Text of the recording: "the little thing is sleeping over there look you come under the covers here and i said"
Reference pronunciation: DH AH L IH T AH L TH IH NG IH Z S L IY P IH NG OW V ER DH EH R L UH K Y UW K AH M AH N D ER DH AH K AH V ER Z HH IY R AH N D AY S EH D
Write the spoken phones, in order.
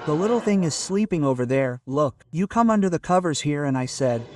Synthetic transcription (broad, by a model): DH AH L IH T L TH IH NG IH Z S L IY P IH NG OW V ER DH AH R L UH K Y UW K AH M AH N D ER DH AH K AH V ER Z HH IY R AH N AY S EH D